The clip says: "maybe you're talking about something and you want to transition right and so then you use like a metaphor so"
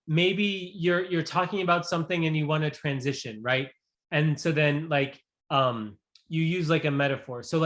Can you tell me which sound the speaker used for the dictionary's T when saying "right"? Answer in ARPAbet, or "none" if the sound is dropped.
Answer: T